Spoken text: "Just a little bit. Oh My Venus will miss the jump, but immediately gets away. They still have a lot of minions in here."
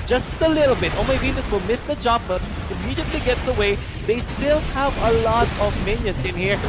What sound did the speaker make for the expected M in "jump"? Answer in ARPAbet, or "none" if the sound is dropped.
none